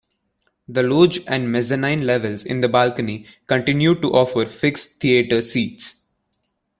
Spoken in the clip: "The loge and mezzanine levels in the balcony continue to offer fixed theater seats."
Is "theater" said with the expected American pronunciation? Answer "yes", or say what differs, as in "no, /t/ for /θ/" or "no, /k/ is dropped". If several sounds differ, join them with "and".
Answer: no, /t/ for /θ/